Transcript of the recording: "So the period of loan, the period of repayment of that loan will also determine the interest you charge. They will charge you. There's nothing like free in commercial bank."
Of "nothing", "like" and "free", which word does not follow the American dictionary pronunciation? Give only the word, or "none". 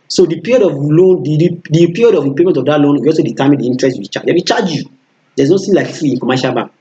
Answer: nothing